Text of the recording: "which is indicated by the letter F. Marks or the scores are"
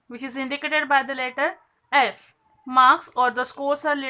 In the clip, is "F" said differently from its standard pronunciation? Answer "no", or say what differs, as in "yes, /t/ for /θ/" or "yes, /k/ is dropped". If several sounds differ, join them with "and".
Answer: no